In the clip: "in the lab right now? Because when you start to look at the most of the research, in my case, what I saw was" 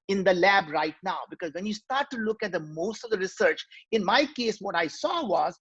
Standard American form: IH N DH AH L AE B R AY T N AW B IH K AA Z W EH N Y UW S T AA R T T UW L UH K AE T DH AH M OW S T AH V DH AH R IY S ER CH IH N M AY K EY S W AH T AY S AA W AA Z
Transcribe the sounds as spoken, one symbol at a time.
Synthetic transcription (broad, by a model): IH N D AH L AE B R AY T N AW B IH K AA Z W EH N Y UW S T AA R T T UW L UH K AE T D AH M OW S T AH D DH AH R IY S ER CH IH N M AY K EY S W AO T AY S AA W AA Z